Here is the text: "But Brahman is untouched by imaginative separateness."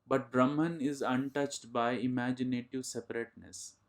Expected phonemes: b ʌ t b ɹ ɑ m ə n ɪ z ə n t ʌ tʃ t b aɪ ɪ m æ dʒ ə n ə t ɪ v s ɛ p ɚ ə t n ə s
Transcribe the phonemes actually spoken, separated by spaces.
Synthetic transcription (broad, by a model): b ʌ t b ɹ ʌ m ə n ɪ z ə n t ʌ tʃ t b aɪ ɪ m æ dʒ ə n ə t ɪ v s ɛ p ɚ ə t n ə s